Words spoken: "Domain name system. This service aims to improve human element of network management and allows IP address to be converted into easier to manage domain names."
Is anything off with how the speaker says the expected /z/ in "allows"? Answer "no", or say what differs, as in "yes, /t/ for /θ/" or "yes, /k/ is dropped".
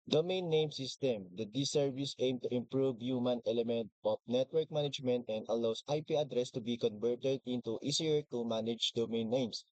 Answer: yes, /s/ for /z/